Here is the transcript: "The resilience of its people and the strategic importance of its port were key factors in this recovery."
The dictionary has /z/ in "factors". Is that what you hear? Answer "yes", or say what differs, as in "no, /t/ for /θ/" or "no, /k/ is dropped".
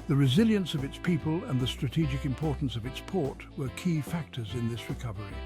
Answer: yes